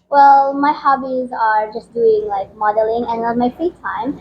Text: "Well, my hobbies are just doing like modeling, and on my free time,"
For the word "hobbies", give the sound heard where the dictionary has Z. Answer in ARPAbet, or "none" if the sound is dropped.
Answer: Z